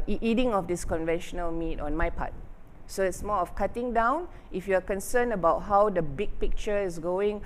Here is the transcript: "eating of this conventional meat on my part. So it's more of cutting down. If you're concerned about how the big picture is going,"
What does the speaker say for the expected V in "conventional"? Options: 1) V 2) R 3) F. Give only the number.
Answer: 1